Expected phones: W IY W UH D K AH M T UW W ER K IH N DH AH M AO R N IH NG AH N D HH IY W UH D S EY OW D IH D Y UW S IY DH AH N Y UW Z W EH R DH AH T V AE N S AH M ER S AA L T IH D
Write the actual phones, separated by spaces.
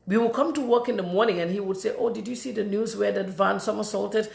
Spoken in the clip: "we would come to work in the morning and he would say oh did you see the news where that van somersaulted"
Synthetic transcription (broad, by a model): W IY W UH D K AH M T UW W ER K IH N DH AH M AO R N IH NG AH N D HH IY W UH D S EY OW D IH D Y UW S IY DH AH N Y UW Z W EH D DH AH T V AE N S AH M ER S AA L T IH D